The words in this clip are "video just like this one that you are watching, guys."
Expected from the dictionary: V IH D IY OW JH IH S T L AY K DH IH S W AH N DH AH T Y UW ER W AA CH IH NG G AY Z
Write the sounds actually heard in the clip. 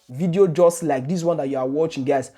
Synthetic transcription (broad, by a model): V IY D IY OW JH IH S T L AY K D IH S W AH N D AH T Y UW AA W AA CH IH NG G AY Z